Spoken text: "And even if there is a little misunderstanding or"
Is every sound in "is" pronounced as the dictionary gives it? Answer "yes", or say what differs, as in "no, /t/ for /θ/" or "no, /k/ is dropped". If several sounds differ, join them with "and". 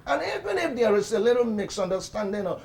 no, /s/ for /z/